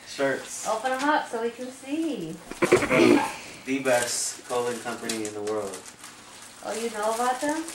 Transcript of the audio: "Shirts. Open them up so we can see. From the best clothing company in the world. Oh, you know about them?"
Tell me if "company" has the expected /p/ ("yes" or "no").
yes